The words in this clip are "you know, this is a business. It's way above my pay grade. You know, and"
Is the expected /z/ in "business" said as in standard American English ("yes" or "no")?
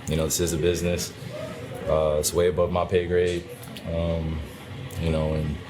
yes